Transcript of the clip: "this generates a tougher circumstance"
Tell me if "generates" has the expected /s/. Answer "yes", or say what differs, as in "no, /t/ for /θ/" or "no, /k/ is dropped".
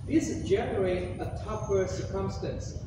no, /s/ is dropped